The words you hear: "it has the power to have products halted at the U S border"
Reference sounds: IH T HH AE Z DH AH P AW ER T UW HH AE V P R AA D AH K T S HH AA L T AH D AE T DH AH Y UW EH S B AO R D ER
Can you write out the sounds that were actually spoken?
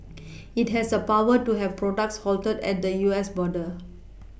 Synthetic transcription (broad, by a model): IH T HH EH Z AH P AW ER T UW HH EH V P R AA D AH K T S HH AA L T AH D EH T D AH Y UW EH S B AO D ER